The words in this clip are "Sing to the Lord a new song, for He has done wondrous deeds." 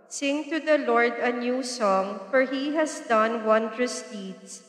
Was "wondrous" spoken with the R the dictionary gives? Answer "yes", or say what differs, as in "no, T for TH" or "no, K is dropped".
yes